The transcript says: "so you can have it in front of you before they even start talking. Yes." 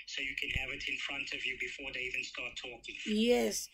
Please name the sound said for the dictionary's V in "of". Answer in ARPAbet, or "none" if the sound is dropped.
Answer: V